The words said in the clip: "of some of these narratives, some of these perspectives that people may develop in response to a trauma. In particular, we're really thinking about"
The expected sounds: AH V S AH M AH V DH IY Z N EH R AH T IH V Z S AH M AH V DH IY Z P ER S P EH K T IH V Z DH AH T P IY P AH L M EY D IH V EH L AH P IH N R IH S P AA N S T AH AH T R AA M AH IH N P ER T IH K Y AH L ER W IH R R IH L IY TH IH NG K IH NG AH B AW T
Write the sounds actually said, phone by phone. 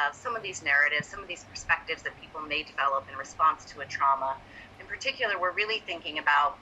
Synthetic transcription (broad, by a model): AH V S AH M AH V DH IY Z N EH R AH T IH V Z S AH M AH V DH IY Z P ER S P EH K T IH V Z DH AH T P IY P L M EY D IH V EH L AH P IH N R IH S P AA N S T AH AH T R AA M AH IH N P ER T IH K Y L ER W IH R R IH L IY TH IH NG K IH NG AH B AW T